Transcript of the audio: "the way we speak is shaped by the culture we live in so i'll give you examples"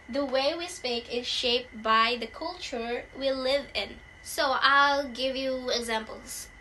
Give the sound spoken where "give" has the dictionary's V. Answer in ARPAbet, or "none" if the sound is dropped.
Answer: V